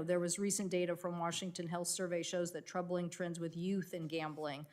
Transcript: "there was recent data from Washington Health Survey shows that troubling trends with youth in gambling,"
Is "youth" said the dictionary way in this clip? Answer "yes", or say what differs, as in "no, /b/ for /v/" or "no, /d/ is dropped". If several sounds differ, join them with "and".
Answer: yes